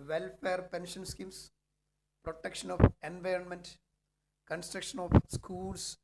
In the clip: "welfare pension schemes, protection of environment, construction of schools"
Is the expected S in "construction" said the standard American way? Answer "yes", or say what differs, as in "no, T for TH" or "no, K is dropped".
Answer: yes